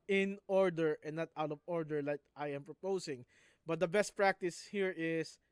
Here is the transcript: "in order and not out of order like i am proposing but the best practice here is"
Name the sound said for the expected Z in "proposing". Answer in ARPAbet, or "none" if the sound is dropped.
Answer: S